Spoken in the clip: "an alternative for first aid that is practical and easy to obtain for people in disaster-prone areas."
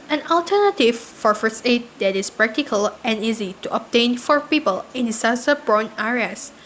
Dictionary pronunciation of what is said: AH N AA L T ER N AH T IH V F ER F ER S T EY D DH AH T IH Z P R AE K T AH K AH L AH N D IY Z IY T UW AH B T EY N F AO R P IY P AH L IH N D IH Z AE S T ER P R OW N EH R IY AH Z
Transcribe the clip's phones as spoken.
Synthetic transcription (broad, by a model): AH N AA L T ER N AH T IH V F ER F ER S EY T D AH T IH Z P R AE K T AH K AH L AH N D IY Z IY T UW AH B T EY N F AO R P IY P AH L IH N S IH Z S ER B R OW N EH R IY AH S